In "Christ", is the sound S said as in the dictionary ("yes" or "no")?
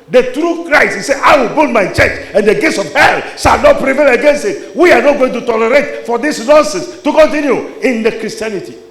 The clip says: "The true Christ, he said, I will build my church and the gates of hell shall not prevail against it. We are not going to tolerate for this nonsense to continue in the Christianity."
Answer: no